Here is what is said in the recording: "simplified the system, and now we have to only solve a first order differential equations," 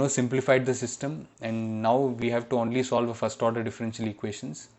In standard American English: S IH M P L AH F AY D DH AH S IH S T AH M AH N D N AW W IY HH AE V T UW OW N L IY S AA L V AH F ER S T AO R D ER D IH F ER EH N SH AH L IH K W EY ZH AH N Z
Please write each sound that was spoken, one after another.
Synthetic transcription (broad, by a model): S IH M P L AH F AY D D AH S IH S T AH M AH N D N AW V IY HH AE V T UW OW N L IY S AA L V AH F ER S T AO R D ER D IH F ER EH N SH AH L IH K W EY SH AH N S